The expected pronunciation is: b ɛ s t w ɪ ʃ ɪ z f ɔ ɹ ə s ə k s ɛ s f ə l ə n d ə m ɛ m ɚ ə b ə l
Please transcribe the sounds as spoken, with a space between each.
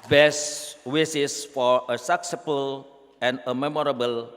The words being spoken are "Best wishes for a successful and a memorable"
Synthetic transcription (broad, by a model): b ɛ s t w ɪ s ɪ s f ɔ ɹ ə s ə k s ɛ f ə l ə n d ə m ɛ m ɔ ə b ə l